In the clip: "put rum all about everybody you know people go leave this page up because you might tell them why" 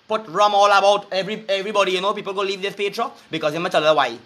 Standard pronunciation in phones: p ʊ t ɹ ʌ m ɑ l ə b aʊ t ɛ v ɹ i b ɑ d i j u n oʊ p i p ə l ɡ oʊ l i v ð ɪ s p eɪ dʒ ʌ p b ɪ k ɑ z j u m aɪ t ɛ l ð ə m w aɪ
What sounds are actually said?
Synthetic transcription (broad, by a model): p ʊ t ɹ ʌ m ɑ l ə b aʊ t ɛ v ɹ i b ɑ d i j u n oʊ p i p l ɡ oʊ l i v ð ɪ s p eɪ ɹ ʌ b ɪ k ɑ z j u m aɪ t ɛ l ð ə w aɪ